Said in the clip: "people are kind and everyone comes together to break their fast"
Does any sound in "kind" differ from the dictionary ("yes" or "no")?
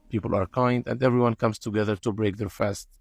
no